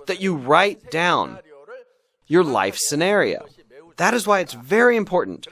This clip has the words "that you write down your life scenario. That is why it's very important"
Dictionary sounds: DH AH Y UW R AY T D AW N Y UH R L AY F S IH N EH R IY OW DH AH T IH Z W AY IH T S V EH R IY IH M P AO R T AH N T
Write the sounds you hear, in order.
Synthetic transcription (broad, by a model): DH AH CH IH R AY T D AW N Y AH R L AY F S IH N EH R IY OW DH AH T IH Z W AY IH T S V EH R IY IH M P AO R T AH N T